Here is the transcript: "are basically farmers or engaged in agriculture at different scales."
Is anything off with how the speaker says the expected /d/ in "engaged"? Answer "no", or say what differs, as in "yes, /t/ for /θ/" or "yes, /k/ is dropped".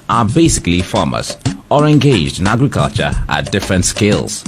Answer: no